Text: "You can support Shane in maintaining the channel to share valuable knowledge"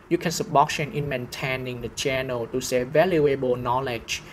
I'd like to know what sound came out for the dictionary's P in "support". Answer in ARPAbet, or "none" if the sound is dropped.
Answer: B